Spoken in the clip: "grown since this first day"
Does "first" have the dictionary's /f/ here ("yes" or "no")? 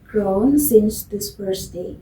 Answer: no